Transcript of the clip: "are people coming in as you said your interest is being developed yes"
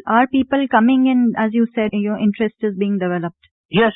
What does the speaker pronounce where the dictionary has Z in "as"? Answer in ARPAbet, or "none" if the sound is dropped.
Z